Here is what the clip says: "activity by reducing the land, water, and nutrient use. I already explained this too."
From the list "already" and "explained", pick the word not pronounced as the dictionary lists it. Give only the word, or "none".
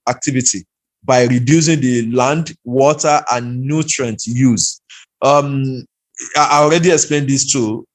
none